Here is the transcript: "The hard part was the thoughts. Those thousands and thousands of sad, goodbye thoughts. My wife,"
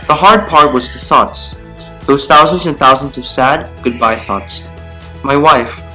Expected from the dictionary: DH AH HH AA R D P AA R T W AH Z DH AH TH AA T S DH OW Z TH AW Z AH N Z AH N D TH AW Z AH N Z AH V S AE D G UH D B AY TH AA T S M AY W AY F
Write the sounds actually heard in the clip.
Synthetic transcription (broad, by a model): DH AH HH AA R D P AA R T W AH Z DH AH TH AA T S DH OW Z TH AW Z AH N Z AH N TH AW Z AH N Z AH V S AE D G UH D B AY TH AA T S M AY W AY F